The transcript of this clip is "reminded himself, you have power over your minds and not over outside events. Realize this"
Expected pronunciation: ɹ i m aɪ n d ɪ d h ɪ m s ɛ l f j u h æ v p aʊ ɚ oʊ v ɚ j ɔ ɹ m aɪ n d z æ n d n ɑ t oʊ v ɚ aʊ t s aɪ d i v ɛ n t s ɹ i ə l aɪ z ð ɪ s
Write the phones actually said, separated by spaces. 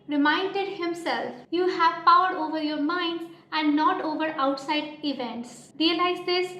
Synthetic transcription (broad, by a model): ɹ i m aɪ n d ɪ d h ɪ m s ɛ l f j u h æ v p aʊ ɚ oʊ v ɚ j ɔ ɹ m aɪ n d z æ n d n ɑ t oʊ v ɚ aʊ t s aɪ d i v ɛ n t s ɹ i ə l aɪ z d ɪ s